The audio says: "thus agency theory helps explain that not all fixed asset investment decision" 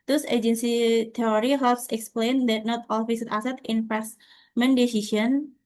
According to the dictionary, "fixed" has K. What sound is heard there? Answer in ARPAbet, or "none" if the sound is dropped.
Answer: none